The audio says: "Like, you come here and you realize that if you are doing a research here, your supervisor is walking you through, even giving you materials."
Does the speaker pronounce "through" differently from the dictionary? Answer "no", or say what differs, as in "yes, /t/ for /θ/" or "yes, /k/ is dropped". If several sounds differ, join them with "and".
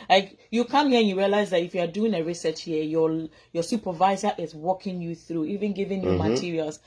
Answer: no